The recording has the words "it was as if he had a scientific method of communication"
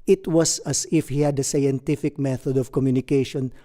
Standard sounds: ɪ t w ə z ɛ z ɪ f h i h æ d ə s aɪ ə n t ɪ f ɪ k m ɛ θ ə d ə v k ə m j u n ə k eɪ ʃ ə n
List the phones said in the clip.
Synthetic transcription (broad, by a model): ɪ t w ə s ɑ s ɪ f h i h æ d ə s aɪ ə n t ɪ f ɪ k m ɛ θ ə d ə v k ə m j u n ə k eɪ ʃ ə n